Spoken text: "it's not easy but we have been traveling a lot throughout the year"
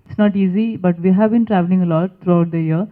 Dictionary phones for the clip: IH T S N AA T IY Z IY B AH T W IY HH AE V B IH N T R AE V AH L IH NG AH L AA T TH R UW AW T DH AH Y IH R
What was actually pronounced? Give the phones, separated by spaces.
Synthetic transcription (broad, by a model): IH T S N AA T IY Z IY B AH T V IY HH AE V B IH N T R AE V AH L IH NG AH L AA T T R UW AW T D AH Y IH R